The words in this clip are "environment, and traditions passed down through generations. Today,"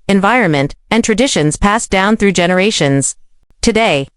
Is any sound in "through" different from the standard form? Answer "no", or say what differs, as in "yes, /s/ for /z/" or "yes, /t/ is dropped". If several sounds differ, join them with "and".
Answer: no